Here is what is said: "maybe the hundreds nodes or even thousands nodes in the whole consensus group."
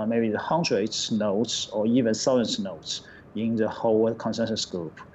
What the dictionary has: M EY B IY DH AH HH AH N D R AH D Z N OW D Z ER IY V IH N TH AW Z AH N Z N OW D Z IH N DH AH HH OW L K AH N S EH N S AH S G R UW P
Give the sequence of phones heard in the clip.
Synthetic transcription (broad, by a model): M EY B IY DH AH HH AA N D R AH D N OW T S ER IY V IH N S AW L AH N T N OW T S IH N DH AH HH OW L K AH N S EH N S AH S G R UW P